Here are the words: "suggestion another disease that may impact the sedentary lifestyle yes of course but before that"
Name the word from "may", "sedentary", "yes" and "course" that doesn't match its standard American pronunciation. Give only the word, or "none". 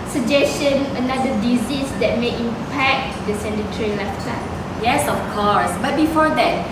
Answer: sedentary